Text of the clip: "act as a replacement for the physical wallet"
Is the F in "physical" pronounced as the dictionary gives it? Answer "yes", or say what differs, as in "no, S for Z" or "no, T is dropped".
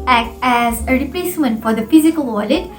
yes